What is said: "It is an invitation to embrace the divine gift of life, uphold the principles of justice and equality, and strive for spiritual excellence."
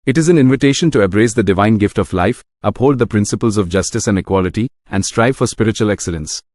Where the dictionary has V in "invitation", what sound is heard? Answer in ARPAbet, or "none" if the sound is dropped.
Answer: V